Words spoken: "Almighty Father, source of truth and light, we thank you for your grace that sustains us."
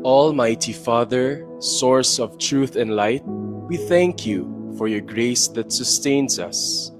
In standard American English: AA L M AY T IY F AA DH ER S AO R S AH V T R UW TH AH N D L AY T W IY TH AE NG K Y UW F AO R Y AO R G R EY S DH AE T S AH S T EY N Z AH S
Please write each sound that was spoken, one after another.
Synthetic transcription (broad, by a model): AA L M AY T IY F AA DH ER S AO R S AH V T R UW TH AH N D L AY T W IY TH AE NG K Y UW F AO R Y AO R G R EY S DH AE T S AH S T EY N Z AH S